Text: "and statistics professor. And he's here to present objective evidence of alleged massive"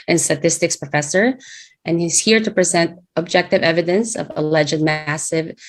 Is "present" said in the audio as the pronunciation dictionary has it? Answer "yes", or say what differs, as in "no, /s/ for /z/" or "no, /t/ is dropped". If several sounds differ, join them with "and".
yes